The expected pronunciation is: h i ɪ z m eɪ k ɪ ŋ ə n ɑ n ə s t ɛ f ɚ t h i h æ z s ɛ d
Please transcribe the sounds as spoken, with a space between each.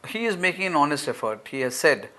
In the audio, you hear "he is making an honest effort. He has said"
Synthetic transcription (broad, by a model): h i ɪ z m eɪ k ɪ ŋ ə n ɑ n ə s t ɛ f ɚ t h i h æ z s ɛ d